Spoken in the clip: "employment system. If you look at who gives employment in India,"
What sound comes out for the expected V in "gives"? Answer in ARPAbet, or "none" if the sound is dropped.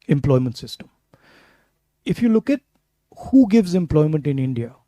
V